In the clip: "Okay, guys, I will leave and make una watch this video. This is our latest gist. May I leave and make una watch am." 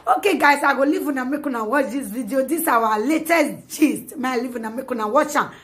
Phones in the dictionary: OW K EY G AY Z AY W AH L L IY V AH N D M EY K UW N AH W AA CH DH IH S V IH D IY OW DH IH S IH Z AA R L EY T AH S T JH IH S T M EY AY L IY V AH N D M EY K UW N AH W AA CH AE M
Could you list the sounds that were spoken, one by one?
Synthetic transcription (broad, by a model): OW K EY G AY S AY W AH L L IY V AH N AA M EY K UW N AH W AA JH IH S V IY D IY OW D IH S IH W AA L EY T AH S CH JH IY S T M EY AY L IY V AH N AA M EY K UW N AH W AA CH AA